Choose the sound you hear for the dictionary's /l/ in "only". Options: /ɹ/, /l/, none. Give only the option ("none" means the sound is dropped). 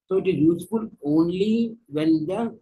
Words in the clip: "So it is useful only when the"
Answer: /l/